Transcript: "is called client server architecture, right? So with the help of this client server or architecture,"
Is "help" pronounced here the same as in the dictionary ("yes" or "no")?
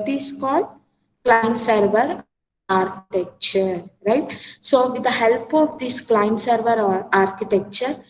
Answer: yes